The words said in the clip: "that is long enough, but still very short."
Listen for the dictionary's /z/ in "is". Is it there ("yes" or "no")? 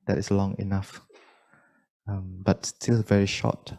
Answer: no